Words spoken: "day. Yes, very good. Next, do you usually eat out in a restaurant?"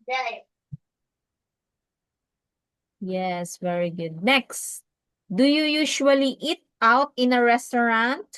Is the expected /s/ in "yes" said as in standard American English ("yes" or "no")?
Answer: yes